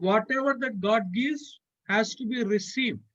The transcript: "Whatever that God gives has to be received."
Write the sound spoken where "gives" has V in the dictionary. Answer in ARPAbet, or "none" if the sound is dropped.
none